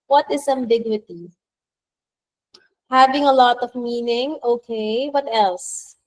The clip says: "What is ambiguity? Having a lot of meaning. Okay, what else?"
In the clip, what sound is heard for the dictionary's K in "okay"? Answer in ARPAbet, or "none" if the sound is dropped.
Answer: K